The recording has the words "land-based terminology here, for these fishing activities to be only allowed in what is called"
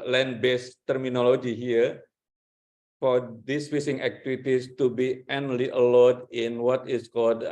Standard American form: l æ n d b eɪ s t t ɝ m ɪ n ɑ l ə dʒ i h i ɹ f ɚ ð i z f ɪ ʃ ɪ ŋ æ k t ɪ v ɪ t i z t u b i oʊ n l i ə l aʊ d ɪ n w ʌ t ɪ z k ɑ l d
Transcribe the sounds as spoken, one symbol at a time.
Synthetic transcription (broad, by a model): l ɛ n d b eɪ s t t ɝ m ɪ n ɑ l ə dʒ i h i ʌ f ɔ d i s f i s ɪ ŋ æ k t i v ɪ t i s t u b i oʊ n l i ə l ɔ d ɪ n w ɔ t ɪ s k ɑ l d